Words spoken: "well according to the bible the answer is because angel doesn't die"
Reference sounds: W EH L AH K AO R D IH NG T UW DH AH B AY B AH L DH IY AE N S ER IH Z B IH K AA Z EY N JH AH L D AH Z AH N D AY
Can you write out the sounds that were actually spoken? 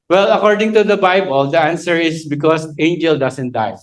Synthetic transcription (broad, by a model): W EH L AH K AO R D IH NG T UW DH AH B AY B AH L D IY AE N S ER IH S B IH K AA S EY N JH AH L D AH S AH N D AY